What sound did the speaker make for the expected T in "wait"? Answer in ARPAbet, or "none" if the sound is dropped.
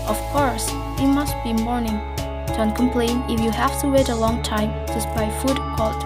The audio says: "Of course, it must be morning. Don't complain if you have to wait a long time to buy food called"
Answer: T